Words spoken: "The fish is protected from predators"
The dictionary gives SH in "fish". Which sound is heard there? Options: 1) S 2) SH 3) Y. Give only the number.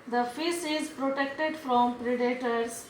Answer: 1